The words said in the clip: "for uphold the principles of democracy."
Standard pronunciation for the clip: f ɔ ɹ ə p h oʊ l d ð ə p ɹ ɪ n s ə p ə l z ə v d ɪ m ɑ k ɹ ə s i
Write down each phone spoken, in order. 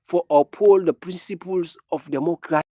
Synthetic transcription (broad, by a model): f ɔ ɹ ə p h oʊ l d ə p ɹ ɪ n s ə p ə l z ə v d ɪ m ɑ k ɹ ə